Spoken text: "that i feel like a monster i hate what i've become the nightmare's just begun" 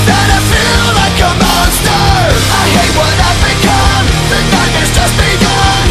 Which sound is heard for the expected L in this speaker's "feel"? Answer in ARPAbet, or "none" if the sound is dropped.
L